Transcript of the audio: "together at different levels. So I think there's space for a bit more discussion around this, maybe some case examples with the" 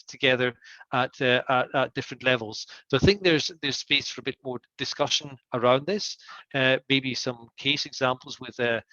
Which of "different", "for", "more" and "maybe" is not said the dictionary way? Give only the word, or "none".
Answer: none